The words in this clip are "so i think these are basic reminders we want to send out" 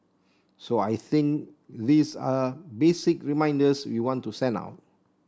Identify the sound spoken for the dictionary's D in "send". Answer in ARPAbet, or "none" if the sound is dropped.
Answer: none